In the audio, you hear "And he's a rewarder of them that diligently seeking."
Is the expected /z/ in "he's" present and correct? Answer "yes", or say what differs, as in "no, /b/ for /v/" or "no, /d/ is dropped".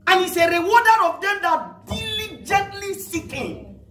no, /s/ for /z/